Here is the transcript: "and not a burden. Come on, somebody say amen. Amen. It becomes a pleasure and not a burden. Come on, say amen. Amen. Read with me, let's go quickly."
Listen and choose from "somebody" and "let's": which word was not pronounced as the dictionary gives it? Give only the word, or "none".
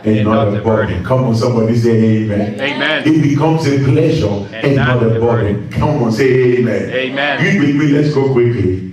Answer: none